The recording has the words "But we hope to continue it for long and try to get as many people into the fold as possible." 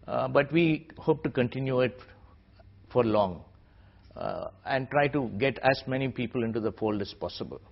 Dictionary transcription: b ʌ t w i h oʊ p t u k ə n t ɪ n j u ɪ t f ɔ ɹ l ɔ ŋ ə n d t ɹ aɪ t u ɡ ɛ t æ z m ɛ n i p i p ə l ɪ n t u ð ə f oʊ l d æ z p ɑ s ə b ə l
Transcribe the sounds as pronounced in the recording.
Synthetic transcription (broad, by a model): b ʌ t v i h oʊ p t u k ə n t ɪ n j u ɪ t f ɔ ɹ l ɔ ŋ ə n d t ɹ aɪ t u ɡ ɛ t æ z m ɛ n i p i p ə l ɪ n t u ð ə f oʊ l d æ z p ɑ s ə b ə l